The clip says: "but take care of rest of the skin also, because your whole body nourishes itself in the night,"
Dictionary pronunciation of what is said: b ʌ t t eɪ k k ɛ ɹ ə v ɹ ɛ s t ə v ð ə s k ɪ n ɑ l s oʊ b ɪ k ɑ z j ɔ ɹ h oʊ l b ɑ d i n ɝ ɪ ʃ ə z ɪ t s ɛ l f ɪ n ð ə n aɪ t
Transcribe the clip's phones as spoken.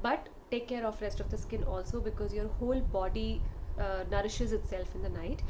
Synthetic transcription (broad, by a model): b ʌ t t eɪ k k ɛ ɹ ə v ɹ ɛ s t ə v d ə s k ɪ n ɑ l s oʊ b ɪ k ɑ z j ɔ ɹ h oʊ l b ɑ d i n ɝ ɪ ʃ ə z ɪ t s ɛ l f ɪ n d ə n aɪ t